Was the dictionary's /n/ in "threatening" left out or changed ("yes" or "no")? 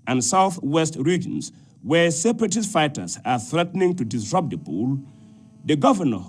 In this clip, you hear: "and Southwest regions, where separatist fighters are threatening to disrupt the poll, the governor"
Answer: no